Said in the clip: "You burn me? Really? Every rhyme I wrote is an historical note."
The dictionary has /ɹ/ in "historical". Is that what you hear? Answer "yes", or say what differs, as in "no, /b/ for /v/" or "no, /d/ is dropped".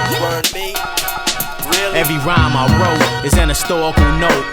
no, /ɹ/ is dropped